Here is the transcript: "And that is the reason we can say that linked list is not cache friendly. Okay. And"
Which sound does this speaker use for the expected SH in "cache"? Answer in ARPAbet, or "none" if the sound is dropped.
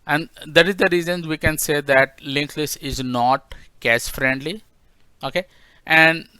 S